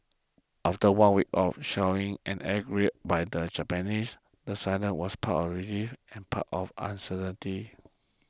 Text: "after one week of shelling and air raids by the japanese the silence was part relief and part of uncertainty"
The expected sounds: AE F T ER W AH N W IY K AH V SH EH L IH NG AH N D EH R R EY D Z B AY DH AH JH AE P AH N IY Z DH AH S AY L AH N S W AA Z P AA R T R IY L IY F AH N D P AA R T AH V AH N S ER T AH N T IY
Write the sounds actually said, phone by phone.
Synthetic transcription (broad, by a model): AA F T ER W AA N W IY K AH F SH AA W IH NG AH N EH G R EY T B AY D AH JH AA P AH N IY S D AH S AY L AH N W AA S P AA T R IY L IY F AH N P AA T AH F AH N S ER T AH N T IY